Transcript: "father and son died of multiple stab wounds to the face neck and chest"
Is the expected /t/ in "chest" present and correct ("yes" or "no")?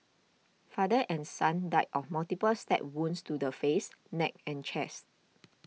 yes